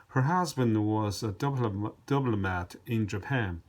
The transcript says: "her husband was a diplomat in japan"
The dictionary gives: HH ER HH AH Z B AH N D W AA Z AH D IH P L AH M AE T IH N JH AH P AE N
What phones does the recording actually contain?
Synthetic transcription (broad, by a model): HH ER HH AH Z B AH N D W AA Z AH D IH B L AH M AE T IH N JH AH P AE N